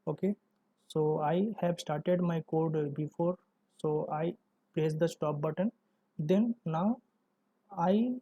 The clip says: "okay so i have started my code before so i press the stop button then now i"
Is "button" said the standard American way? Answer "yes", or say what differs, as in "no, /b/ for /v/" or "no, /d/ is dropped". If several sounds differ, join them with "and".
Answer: yes